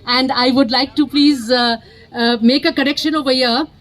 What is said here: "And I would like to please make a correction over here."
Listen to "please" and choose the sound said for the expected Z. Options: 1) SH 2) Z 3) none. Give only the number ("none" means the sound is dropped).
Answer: 2